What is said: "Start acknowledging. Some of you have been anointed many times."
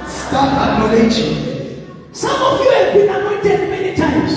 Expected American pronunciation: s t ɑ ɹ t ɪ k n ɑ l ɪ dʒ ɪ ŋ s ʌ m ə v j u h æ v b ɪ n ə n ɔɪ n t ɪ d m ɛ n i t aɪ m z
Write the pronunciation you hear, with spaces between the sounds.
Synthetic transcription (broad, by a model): s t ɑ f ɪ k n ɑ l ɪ ʃ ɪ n s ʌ m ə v j u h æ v b ɪ n ə n ɔɪ n t ɪ d m ɛ n i t aɪ m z